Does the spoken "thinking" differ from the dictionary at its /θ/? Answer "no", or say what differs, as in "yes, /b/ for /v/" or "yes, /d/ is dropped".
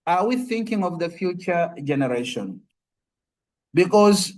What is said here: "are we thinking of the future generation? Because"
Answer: no